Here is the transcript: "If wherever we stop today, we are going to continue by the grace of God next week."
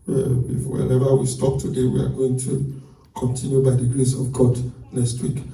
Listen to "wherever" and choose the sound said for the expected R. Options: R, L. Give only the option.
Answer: L